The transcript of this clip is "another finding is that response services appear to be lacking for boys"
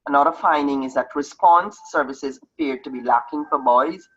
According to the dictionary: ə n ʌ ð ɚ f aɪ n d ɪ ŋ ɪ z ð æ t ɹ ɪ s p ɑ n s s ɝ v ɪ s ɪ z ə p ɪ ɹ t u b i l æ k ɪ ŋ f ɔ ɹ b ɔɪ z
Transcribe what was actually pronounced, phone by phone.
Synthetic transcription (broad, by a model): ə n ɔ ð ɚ f aɪ n d ɪ ŋ ɪ z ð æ t ɹ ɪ s p ɑ n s s ɝ v ɪ s ɪ z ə p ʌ ɹ t u b i l æ k ɪ ŋ f ɔ ɹ b ɔɪ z